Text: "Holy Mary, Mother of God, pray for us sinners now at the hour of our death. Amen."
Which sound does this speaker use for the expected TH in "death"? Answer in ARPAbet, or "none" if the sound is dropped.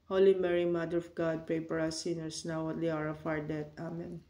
T